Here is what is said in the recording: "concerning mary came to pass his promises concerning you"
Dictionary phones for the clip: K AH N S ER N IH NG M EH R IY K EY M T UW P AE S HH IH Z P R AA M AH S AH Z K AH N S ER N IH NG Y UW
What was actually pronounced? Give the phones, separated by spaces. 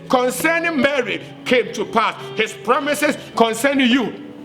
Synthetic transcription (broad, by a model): K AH N S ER N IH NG M EH R IY K EY M T UW P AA S HH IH S P R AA M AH S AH S K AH N S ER N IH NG Y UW